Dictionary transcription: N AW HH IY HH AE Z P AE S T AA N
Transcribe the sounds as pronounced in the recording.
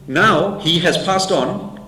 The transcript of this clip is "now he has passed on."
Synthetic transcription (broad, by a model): N AW HH IY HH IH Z P AE S T N